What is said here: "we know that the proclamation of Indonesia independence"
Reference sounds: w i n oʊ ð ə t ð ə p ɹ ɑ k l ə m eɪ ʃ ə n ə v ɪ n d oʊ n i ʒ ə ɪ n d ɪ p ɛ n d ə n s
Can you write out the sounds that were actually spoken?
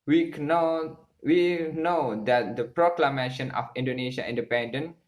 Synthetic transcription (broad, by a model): w i n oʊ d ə t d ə p ɹ ɑ k l ə m eɪ ʃ ə n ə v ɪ n d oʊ n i ʃ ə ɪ n d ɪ p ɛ n d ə n